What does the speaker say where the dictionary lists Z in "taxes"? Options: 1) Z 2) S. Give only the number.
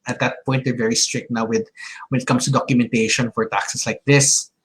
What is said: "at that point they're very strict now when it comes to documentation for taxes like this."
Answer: 2